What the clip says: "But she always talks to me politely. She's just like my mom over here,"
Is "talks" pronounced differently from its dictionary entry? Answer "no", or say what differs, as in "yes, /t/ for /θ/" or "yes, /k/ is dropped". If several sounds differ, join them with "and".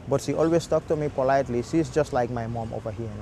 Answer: yes, /s/ is dropped